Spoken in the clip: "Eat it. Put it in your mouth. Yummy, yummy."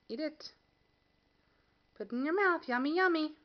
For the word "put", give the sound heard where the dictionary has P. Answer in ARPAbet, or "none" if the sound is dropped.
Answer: P